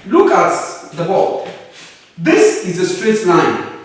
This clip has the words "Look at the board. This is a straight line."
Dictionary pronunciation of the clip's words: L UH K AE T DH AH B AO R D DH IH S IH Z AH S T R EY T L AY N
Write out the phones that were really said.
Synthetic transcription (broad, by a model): L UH K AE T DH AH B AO L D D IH S IH Z AH S T R EY T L AY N